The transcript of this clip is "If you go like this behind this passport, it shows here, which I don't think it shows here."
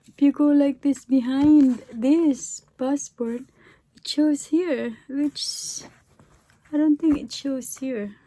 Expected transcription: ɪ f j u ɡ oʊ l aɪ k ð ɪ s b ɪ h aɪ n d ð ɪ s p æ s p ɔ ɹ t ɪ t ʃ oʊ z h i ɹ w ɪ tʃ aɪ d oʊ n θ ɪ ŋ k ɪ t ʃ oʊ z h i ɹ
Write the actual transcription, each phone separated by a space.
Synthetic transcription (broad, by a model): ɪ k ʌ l l aɪ k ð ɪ s b ɪ h aɪ n d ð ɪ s p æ s p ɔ ɹ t ɪ t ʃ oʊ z h i ɹ w ɪ tʃ aɪ d oʊ n t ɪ ŋ k ɪ t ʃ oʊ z h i ɹ